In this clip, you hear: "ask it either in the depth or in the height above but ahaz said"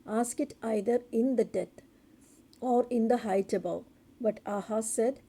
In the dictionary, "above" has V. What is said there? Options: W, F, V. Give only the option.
W